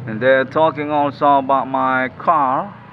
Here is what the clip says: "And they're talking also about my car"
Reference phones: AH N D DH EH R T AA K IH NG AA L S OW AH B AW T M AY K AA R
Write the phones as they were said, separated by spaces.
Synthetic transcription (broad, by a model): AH N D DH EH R T AA K IH NG AA L S OW AH B AW T M AY K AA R